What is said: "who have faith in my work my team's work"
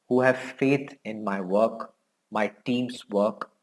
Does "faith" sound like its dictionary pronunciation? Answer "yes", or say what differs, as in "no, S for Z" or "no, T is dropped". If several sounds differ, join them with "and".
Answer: no, T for TH